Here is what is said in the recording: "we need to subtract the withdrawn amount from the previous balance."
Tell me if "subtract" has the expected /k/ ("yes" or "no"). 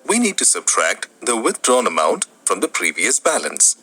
yes